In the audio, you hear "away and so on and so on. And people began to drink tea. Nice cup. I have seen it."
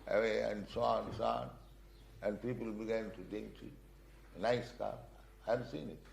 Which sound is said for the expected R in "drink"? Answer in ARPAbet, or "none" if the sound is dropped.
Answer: none